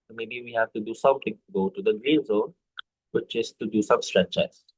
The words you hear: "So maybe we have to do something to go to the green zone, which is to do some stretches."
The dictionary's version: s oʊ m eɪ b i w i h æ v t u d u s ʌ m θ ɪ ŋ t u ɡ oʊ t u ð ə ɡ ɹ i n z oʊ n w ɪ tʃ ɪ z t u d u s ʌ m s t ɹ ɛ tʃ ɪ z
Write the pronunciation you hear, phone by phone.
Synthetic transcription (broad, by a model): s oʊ m eɪ b i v i h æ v t u d u s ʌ m t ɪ ŋ t u ɡ oʊ t u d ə ɡ ɹ i n z oʊ n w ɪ tʃ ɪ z t u d u s ʌ m s t ɹ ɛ tʃ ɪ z